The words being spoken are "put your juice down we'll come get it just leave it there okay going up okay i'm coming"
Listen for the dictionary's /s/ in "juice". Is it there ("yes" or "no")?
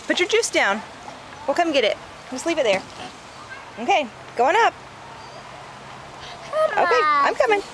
yes